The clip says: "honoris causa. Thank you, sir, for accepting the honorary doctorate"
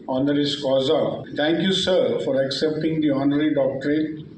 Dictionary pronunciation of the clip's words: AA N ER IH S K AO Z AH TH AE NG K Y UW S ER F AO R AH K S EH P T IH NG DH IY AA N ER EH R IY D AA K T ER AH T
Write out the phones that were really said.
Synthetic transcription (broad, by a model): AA N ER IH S K AO Z AH T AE NG K Y UW S ER F AO R AH K S EH P T IH NG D IY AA N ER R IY D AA K T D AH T